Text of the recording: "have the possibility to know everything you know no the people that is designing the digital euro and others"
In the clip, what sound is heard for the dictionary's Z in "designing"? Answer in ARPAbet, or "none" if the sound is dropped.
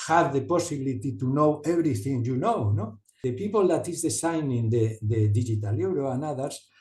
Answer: S